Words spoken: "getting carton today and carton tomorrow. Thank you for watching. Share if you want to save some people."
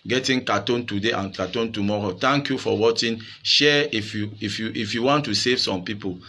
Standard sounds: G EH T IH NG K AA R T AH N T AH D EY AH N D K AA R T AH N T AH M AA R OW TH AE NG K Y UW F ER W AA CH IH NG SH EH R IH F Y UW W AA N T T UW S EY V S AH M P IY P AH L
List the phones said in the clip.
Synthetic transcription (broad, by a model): G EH T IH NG K AA T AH N T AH D EY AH N K AA T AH N T AH M AA R OW T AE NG K Y UW F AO W AA CH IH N SH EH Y IH F Y UW W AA N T T UW S EY V S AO M P IY P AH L